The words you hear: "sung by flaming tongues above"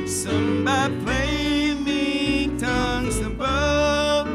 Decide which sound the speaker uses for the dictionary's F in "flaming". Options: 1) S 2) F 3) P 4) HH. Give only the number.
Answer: 3